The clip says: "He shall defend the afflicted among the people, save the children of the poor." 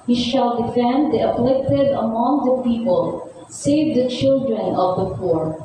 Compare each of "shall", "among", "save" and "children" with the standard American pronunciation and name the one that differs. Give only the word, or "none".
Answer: none